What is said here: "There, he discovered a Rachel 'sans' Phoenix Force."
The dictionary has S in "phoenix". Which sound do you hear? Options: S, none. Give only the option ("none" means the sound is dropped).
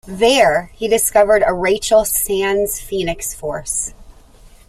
S